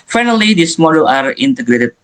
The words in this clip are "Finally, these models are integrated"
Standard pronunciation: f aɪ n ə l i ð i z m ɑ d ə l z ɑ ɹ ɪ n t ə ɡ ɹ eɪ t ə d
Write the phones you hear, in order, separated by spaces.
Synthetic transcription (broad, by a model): f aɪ n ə l i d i s m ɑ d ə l ɑ ɹ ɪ n t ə ɡ ɹ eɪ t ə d